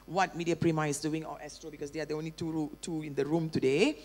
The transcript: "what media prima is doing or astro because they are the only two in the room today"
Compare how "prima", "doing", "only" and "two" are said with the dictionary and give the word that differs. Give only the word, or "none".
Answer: none